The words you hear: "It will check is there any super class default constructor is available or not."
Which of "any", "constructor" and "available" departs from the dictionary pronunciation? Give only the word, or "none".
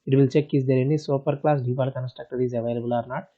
constructor